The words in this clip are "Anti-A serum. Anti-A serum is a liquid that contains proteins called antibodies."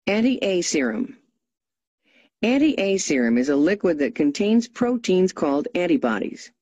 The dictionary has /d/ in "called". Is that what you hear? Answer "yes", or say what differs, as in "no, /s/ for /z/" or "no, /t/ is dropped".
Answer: yes